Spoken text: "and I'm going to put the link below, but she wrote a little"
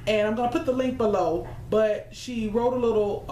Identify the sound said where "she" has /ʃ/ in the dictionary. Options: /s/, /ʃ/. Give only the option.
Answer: /ʃ/